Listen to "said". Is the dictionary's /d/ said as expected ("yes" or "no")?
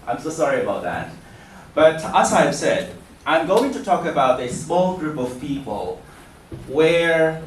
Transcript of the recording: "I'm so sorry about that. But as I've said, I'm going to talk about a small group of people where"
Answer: yes